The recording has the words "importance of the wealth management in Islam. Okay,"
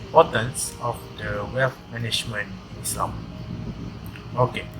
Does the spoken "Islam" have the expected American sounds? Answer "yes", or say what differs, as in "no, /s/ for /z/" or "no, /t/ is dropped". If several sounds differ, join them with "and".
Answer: no, /l/ is dropped